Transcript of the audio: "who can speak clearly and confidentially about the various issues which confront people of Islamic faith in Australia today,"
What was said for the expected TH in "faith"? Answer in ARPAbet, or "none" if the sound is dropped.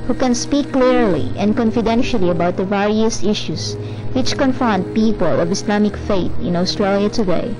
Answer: T